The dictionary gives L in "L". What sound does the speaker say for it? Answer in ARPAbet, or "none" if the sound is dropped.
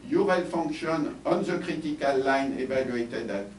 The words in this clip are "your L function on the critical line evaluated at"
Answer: L